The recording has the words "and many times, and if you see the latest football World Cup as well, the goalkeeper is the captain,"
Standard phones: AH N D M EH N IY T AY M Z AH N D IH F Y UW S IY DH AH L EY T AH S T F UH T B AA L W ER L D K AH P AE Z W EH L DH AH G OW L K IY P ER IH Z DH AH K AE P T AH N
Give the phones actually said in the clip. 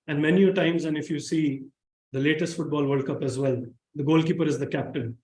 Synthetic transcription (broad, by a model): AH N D M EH N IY T AY M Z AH N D IH F Y UW S IY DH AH L EY T AH S T F UH T B AA L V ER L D K AH P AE Z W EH L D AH G OW L K IY P ER IH Z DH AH K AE P T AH N